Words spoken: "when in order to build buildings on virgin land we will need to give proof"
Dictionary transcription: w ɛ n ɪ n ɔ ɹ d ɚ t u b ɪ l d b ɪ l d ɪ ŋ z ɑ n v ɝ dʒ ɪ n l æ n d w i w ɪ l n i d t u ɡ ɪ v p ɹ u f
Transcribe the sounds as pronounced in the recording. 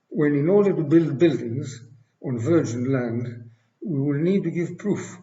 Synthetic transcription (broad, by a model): w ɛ n ɪ n ɔ ɹ d ɚ t u b ɪ l d b ɪ l d ɪ ŋ z ɑ n v ɝ dʒ ɪ n l æ n d w i w ɪ l n i d t u ɡ ɪ v p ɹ u f